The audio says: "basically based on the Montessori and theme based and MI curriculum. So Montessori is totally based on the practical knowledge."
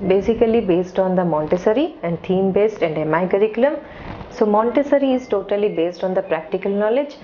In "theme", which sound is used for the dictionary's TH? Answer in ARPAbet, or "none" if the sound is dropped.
T